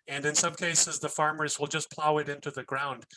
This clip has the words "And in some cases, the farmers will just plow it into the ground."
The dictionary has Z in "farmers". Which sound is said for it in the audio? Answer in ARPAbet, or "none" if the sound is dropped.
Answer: Z